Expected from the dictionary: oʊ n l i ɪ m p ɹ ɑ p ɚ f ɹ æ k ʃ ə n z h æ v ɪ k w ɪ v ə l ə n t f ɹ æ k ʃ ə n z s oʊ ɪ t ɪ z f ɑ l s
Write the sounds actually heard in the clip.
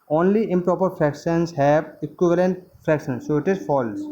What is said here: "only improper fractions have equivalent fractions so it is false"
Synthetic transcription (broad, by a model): oʊ n l i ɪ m p ɹ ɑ p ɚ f ɹ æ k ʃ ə n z h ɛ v ɪ k w ɪ v ə l ə n t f ɹ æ k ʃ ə n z s oʊ ɪ t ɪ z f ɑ l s